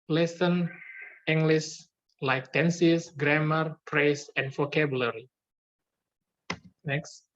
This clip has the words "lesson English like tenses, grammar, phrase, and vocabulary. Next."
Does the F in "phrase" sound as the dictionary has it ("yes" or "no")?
no